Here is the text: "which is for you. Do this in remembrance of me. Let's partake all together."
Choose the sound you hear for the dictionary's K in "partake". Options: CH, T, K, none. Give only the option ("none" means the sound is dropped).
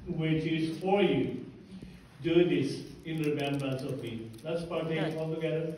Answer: none